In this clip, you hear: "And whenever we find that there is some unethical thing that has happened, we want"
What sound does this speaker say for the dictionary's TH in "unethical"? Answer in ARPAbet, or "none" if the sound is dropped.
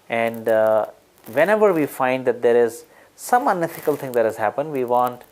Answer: F